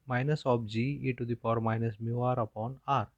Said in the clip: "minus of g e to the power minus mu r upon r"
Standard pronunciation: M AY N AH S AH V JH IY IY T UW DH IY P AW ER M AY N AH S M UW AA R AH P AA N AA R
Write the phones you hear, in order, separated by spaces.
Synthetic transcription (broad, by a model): M AY N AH S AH P JH IY IY T UW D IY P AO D M AY N AH S M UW AA R AH P AA N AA R